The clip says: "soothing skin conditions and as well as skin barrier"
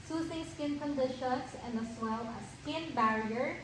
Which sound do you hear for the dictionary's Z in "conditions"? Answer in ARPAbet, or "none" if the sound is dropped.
S